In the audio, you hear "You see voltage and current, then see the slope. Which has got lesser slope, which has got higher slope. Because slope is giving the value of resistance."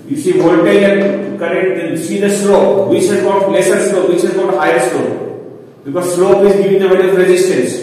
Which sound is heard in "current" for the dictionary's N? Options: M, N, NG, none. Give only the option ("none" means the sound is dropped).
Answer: none